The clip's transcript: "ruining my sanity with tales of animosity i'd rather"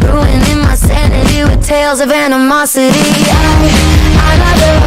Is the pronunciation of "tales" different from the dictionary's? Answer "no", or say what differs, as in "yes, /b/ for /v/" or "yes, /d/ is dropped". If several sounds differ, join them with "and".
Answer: no